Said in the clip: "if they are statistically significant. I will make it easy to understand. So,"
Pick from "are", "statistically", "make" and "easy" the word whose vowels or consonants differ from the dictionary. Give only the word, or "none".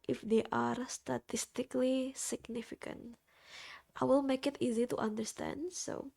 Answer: none